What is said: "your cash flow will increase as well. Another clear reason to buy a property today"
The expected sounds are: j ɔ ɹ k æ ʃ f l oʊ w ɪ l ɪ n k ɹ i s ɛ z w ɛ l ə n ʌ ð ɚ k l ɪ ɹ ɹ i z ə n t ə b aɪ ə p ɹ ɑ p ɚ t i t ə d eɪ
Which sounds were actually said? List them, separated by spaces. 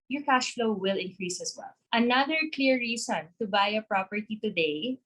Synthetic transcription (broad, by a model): j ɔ ɹ k æ ʃ f l oʊ w ɪ l ɪ n k ɹ i s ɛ s w ɛ l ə n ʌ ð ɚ k l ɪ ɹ ɹ i s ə n t ə b aɪ ə p ɹ ɑ p ɚ t i t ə d eɪ